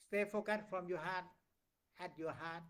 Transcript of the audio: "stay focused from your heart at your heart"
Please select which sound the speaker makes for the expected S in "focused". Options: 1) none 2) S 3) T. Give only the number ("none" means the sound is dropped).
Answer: 1